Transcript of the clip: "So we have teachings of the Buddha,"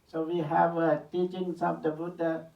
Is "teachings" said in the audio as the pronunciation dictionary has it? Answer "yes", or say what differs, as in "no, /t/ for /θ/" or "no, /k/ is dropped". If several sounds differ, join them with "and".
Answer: no, /s/ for /z/